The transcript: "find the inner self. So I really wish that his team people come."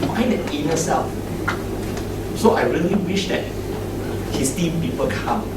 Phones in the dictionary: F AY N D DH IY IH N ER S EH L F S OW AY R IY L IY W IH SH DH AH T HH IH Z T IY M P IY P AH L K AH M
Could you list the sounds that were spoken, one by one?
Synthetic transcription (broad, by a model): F AY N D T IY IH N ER S EH L F S OW AY R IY L IY W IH SH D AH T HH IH S T IY M P IY P AH L K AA M